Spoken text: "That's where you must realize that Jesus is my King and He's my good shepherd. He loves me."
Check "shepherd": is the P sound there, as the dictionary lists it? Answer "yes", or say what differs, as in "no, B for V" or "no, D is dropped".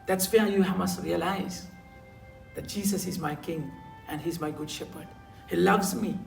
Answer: yes